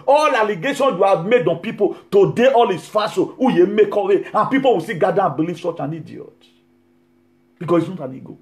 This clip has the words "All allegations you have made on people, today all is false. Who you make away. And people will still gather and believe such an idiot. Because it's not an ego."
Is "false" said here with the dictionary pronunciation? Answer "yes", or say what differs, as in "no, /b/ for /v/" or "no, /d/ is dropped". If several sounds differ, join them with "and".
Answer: no, /l/ is dropped